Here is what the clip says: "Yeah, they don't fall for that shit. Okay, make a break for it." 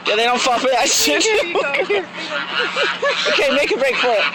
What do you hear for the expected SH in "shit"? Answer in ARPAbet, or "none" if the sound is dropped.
S